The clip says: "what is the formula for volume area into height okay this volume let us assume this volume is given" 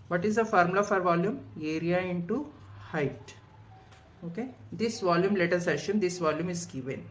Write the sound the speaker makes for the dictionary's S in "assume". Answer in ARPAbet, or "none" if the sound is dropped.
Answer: SH